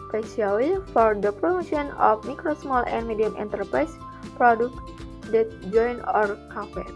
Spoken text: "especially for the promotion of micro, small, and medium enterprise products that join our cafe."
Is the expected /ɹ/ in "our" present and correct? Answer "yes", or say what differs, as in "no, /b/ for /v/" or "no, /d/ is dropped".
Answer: yes